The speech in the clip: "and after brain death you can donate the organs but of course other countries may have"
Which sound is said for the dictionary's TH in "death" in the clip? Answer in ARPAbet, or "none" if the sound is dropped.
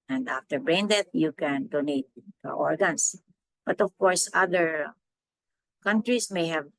T